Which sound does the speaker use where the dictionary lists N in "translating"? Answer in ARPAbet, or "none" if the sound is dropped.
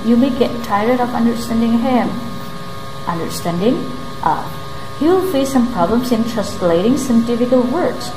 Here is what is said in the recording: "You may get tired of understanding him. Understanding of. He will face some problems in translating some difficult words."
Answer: none